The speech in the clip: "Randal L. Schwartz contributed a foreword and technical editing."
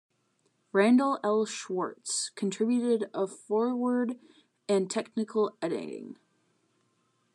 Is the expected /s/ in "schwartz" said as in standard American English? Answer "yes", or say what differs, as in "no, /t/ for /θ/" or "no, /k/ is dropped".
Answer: yes